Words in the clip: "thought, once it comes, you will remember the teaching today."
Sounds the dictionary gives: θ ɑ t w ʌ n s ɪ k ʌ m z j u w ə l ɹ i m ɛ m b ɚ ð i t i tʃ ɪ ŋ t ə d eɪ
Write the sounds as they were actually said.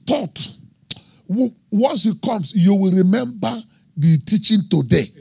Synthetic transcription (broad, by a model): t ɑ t w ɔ n s ɪ k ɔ m s j u w ə l ɹ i m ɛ m b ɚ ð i t i tʃ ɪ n t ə d eɪ